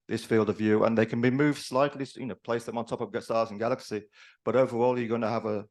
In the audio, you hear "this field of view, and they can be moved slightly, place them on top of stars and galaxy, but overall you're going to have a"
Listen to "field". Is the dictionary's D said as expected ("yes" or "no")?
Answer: yes